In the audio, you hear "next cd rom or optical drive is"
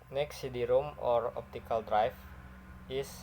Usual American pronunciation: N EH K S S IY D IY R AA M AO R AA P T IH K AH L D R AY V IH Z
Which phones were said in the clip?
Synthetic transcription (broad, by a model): N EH K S S IY D IY R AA M AO R AA P T IH K AH L D R AY F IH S